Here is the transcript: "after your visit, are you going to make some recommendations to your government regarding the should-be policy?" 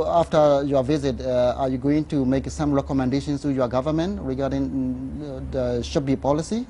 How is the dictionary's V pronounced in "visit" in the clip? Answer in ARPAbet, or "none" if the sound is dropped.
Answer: V